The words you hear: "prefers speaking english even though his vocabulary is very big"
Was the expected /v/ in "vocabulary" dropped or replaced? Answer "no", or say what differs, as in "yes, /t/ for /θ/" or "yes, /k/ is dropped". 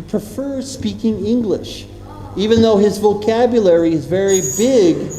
no